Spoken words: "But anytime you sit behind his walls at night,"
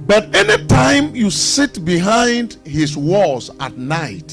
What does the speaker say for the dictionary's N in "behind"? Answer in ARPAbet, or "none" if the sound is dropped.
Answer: N